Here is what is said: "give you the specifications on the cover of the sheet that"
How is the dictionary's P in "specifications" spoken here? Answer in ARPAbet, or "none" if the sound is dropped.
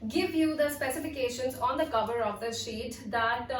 P